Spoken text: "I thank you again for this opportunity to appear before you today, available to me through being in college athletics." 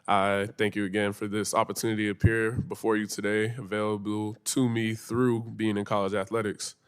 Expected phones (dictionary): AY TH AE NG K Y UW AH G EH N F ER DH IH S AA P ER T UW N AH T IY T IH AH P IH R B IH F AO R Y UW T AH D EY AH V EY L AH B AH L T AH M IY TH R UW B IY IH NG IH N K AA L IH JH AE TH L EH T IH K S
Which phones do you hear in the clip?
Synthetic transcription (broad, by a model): AY TH AE NG K Y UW AH G EH N F ER DH IH S AA P ER T UW N AH T IY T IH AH P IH R B IH F AO R Y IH T AH D EY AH V EY L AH B L T AH M IY TH R UW B IY IH NG IH N K AA L IH JH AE TH L EH T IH K S